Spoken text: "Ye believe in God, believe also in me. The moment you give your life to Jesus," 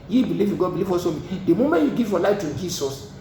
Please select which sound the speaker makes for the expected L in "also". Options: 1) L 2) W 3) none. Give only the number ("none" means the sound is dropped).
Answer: 3